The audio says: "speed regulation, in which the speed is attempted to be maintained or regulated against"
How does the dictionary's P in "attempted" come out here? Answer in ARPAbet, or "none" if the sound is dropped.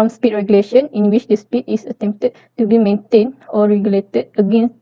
P